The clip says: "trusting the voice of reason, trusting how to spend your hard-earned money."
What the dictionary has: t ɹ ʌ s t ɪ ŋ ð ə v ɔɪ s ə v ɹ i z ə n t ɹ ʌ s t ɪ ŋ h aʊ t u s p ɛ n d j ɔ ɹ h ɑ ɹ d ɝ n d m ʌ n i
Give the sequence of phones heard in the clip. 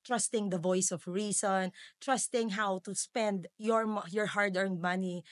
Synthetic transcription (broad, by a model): t ɹ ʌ s t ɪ ŋ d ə v ɔɪ s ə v ɹ i s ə n t ɹ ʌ s t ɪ ŋ h aʊ t u s p ɛ n d j ɔ ɹ h ɑ ɹ d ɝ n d m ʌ n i